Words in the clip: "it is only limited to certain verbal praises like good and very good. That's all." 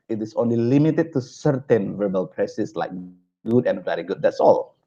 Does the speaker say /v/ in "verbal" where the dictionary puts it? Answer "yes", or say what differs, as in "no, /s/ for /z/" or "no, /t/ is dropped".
yes